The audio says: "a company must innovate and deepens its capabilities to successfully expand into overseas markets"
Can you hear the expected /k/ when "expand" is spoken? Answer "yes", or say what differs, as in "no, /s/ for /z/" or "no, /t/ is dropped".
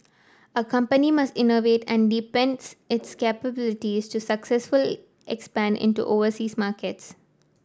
yes